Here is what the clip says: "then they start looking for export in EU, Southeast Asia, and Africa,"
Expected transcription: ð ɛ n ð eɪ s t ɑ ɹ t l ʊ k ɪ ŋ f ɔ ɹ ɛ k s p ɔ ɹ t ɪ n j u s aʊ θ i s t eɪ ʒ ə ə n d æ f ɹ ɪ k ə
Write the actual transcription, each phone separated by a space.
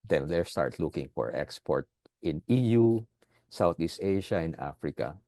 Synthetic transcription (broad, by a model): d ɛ n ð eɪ s t ɑ ɹ t l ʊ k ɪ ŋ f ɔ ɹ ɛ k s p ɔ ɹ t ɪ n j u s aʊ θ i s t eɪ ʃ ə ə n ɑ f ɹ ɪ k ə